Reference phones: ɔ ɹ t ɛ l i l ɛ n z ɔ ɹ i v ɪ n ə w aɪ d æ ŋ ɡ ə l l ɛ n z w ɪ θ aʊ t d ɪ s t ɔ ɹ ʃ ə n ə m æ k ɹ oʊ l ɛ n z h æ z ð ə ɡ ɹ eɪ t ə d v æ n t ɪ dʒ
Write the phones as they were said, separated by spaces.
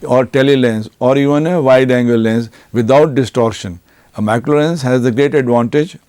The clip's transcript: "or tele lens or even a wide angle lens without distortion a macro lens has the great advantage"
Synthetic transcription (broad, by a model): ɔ ɹ t ɛ l i l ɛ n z ɔ ɹ i v ɪ n ə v aɪ d æ ŋ ɡ ə l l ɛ n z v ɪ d aʊ t d ɪ s t ɔ ɹ ʃ ə n ə m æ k l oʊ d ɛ n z h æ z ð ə ɡ ɹ eɪ t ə d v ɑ n t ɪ dʒ